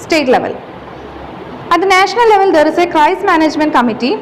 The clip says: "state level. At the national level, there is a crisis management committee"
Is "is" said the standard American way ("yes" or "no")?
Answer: no